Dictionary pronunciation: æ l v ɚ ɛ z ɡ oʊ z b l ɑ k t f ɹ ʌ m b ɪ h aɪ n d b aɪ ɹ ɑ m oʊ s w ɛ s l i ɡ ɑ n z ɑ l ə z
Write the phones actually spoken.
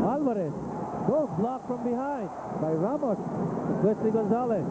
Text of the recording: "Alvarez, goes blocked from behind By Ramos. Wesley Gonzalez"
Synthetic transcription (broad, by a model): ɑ l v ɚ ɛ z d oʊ b l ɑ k f ɹ ʌ m b ɪ h aɪ n d b aɪ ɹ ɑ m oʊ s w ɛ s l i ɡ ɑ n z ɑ l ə